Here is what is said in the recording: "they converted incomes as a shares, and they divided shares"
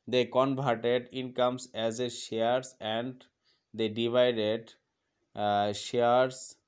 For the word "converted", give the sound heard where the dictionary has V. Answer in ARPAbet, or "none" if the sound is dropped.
B